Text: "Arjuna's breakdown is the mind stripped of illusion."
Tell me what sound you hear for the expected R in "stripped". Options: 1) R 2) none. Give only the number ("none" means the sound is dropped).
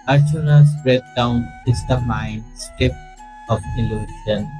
2